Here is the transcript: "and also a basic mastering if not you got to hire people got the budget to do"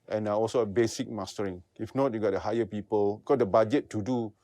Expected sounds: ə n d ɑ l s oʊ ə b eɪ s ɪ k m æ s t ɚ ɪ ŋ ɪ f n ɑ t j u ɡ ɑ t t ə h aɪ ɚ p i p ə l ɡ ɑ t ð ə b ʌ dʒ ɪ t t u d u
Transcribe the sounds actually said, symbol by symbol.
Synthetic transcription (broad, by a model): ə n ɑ ɑ l s oʊ ə b eɪ s ɪ k m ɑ s t ɚ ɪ ŋ ɪ f n ɑ t j u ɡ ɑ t t ə h aɪ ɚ p i p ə l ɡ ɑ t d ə b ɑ dʒ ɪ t t u d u